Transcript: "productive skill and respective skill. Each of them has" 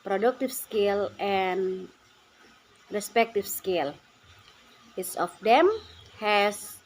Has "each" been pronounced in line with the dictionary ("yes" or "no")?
no